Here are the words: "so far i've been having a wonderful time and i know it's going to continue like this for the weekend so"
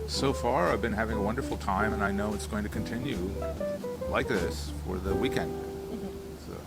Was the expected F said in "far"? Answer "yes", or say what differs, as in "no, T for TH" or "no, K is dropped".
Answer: yes